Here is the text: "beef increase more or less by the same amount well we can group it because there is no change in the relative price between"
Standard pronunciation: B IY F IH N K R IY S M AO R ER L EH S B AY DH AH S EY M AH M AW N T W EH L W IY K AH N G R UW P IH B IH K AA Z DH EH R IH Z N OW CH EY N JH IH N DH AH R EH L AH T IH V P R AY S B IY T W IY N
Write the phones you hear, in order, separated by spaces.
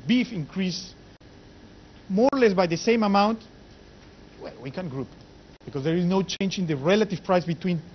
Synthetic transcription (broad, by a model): B IY F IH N K R IY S M AO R L EH S B AY DH AH S EY M AH M AW N T W EH L W IY K AH N G R UW P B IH K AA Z DH EH R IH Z N OW CH EY N JH IH N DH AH R EH L AH T IH V P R AY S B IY T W IY N